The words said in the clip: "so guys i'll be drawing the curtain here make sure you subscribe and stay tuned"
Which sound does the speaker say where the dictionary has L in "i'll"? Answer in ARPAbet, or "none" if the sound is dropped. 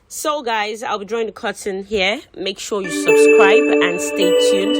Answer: L